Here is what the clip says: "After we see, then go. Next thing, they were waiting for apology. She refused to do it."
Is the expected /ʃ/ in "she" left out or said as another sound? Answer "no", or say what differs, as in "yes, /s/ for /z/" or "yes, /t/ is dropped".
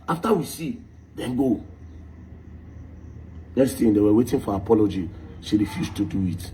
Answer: yes, /s/ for /ʃ/